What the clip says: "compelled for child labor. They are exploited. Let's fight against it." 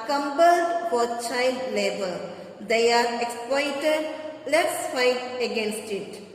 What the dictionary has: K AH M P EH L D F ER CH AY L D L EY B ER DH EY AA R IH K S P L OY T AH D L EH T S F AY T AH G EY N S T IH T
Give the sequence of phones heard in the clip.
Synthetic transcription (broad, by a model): K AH M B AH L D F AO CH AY D L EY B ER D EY AA R IH K S P L OY T AH D L EH T S F AY T AH G EY N S T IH T